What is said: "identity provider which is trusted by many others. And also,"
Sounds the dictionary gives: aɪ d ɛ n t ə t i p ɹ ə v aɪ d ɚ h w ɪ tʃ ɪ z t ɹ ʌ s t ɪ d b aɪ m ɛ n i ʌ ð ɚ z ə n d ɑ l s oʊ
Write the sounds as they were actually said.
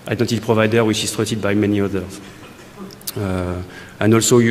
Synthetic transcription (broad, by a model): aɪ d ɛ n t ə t p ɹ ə v aɪ d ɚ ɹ w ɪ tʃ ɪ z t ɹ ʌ t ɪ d b aɪ m ɛ n i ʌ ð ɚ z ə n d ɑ l s oʊ